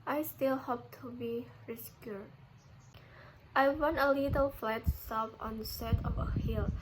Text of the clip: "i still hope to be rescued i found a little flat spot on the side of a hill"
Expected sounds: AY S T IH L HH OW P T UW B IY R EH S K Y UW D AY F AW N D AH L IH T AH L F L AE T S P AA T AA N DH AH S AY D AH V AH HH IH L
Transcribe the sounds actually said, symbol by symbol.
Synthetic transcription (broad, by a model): AY S T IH L HH OW P T UW B IY R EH S K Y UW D AY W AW N AH L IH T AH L F L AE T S AA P AA N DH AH S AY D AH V AH HH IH L